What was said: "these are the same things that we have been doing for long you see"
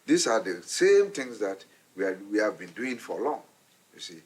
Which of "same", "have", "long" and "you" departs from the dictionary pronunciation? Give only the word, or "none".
none